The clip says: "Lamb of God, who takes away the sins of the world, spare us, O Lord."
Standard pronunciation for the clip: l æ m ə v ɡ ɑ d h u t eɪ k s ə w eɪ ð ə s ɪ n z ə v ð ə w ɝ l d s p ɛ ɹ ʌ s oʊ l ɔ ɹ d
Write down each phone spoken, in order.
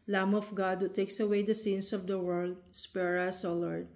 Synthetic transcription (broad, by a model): l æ m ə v ɡ ɑ d h u t eɪ k s ə w eɪ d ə s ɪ n s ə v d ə w ɝ l d s p ɛ ɹ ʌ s oʊ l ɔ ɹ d